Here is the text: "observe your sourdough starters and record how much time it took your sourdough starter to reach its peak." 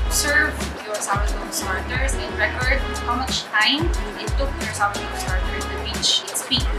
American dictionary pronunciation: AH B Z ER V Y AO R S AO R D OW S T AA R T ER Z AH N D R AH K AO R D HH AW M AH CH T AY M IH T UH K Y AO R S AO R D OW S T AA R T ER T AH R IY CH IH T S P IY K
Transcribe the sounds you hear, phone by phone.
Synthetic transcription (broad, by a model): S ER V Y AO R S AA W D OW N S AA R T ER S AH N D R AH K AO R D HH AW M AH CH T AY M IH T UH K Y AO R S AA W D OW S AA R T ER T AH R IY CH IH T S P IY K